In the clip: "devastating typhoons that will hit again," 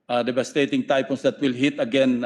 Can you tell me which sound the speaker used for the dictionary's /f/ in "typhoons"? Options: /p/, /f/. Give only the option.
/p/